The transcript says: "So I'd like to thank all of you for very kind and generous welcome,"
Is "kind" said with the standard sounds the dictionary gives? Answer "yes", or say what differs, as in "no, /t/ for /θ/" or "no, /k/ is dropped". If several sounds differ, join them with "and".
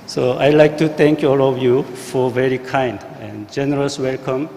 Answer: yes